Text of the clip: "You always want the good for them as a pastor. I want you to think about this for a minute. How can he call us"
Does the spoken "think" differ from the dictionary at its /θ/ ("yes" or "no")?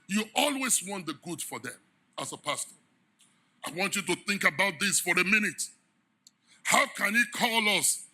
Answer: no